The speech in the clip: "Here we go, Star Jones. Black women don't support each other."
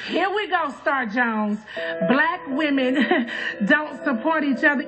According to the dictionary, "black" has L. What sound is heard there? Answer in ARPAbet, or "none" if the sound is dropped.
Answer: L